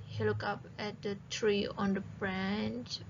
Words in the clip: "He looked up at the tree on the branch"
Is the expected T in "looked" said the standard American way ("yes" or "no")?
no